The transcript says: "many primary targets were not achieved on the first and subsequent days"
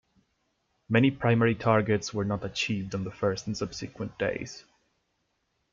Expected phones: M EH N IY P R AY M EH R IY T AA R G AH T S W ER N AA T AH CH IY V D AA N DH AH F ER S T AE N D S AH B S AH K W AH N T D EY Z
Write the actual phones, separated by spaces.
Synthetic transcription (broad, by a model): M EH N IY P R AY M EH R IY T AA R G AH T S W ER N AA T AH CH IY V D N DH AH F ER S T N S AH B S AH K W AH N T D EY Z